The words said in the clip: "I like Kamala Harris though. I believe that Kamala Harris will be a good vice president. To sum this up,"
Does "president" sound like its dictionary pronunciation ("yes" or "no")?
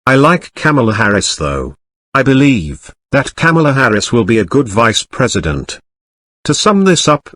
yes